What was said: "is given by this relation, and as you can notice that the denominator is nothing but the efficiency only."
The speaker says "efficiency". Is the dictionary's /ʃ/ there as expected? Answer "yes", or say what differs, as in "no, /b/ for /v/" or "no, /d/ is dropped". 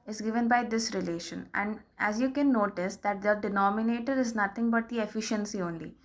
yes